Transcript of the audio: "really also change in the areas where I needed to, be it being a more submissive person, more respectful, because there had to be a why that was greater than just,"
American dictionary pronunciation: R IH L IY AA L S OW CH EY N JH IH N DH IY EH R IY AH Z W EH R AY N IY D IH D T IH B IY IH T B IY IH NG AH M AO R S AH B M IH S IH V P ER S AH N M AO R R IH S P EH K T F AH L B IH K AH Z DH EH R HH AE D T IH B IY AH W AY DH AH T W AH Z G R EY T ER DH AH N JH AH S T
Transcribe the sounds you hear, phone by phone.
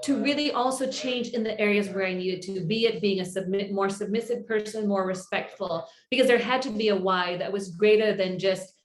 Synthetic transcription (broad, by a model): R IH L IY AA L S OW CH EY N JH IH N DH IY EH R IY AH Z W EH R AY N IY D IH D T IH B IY IH T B IY IH NG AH M AO R S AH B M IH S IH V P ER S AH N M AO R R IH S P EH K T F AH L B IH K AH Z DH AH R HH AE D T IH B IY AH W AY DH AH T W AH Z G R EY T ER DH AH N JH AH S T